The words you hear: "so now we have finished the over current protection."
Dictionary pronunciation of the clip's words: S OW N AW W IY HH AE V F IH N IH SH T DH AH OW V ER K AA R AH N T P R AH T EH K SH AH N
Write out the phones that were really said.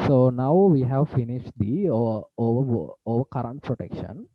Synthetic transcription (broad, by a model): S OW N AW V IY HH AE V F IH N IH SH T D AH OW V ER K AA R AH N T P R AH T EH K SH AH N